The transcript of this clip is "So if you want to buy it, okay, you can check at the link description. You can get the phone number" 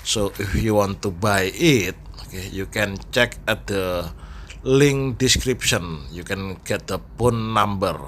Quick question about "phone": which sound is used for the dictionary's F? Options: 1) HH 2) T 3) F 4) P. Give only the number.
4